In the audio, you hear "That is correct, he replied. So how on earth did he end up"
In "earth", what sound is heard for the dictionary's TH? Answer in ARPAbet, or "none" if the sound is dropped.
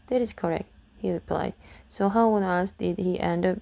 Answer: S